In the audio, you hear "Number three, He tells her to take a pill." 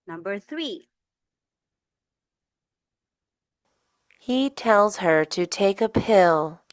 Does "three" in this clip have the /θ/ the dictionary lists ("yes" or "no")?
yes